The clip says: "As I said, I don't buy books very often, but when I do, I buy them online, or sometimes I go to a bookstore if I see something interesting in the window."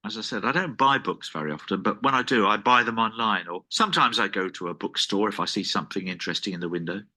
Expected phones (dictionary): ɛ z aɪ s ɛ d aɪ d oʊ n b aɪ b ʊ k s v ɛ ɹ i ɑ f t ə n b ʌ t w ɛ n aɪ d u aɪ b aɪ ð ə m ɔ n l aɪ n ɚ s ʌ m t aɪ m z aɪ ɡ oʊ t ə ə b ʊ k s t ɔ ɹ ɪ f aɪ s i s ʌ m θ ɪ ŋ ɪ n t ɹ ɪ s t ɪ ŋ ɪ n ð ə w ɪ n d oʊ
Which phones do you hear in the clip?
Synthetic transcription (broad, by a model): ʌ z aɪ s ɛ d aɪ d oʊ n b aɪ b ʊ k s v ɛ ɹ i ɑ f t ə n b ʌ t w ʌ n aɪ d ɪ aɪ b aɪ ð ə m ɔ n l aɪ n ɚ s ʌ m t aɪ m z aɪ ɡ oʊ t ə ə b ʊ k s t ɔ ɹ ɪ f aɪ s i s ʌ m θ ɪ ŋ ɪ n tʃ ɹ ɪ s t ɪ ŋ ɪ n ð ə w ɪ n d oʊ